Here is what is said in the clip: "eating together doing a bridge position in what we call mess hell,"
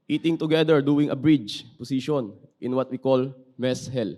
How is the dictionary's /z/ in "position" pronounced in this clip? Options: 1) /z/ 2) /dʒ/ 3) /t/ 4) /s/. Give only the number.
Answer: 4